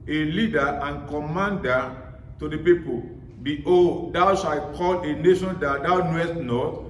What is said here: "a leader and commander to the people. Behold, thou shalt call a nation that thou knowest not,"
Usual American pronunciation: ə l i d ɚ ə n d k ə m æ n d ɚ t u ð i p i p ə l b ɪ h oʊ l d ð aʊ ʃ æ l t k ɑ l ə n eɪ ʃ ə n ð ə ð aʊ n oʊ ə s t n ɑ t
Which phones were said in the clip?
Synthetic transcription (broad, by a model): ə l i d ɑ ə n k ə m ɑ n d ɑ t u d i p i p ə l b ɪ oʊ d aʊ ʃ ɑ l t k ɑ l ə n eɪ ʃ ə n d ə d aʊ n oʊ ə s t n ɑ t